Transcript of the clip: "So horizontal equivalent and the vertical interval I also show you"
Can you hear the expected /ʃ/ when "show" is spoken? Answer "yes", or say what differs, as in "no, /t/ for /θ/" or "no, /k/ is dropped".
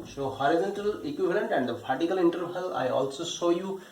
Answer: no, /s/ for /ʃ/